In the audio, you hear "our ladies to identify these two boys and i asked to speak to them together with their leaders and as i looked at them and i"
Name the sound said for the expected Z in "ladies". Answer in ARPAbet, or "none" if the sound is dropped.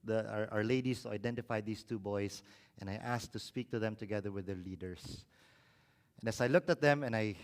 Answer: S